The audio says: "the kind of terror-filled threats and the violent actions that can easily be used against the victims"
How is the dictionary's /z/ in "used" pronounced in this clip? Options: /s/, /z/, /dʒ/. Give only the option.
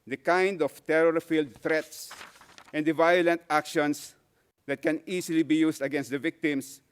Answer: /s/